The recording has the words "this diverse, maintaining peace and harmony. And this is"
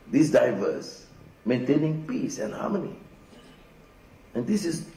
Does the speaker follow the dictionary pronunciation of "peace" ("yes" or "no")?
yes